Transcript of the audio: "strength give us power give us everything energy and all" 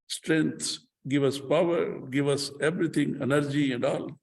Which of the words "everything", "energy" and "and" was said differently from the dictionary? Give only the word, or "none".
everything